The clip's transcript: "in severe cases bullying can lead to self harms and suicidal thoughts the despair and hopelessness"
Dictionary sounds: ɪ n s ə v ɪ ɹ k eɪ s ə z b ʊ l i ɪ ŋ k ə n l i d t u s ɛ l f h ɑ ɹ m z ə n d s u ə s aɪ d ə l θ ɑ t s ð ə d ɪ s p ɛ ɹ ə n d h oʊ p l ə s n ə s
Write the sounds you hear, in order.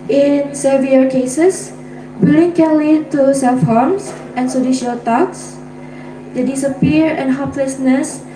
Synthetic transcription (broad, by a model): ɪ n s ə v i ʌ k eɪ s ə s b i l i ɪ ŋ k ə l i t u s ɛ l f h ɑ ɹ m s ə n s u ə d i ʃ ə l t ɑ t s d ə d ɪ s p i ɹ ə n h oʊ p l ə s n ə s